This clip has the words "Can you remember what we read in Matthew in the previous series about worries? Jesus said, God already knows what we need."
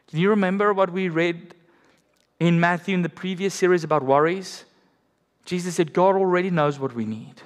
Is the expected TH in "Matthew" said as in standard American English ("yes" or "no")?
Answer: yes